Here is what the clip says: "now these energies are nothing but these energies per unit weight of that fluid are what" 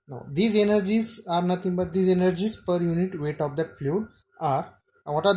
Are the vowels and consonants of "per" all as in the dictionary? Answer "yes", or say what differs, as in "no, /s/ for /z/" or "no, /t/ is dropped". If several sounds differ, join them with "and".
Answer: yes